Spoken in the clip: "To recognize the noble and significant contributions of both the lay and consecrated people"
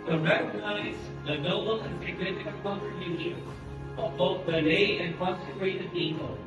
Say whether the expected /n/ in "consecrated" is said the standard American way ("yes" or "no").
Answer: no